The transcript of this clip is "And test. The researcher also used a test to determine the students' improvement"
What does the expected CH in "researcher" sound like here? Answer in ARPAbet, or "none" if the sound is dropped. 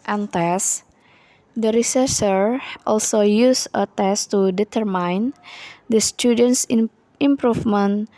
S